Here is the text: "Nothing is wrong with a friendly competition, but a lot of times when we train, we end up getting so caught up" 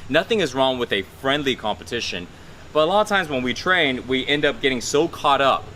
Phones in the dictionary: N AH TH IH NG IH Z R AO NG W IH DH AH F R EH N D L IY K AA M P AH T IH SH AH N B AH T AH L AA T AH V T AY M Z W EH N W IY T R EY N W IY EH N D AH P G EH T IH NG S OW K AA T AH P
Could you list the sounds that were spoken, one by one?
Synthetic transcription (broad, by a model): N AH TH IH NG IH Z R AO NG W IH DH AH F R EH N D L IY K AA M P AH T IH SH AH N B AH T AH L AA T AH V T AY M Z W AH N W IY T R EY N W IY EH N D AH P G EH T IH NG S OW K AA T AH P